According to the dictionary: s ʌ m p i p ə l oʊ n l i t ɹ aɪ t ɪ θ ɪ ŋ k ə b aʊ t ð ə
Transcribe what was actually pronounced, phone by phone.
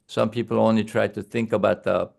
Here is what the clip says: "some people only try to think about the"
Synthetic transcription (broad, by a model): s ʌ m p i p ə l oʊ n l i t ɹ aɪ t ɪ θ ɪ ŋ k ə b aʊ t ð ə